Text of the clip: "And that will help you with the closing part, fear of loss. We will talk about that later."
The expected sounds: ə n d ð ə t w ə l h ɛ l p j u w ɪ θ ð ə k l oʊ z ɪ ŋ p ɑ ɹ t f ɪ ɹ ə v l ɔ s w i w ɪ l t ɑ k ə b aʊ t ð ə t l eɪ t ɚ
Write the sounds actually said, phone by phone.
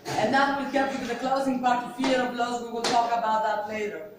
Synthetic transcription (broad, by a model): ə n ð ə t w ə l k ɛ p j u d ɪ ð ə k l oʊ z ɪ ŋ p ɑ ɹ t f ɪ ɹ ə b l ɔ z w i w ɪ l t ɑ k ə b aʊ t ð ə t l eɪ t ɚ